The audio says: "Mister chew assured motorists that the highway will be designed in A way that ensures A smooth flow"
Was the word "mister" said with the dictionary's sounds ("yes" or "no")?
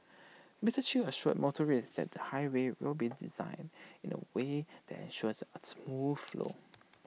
no